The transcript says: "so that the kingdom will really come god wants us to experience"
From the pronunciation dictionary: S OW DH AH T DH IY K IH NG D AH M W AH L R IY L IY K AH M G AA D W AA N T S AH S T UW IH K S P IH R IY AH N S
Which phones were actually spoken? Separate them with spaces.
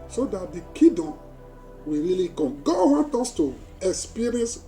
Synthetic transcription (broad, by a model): S OW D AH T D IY K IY D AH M W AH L R IY L IY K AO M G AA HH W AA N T AO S T UW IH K S P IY R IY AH N S